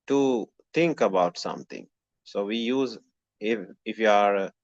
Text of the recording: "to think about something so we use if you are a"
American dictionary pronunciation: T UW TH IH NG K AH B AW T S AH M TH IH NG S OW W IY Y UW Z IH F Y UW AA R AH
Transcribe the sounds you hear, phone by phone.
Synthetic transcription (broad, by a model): T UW T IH NG K AH B AW T S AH M T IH NG S OW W IY Y UW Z IH F Y UW AA R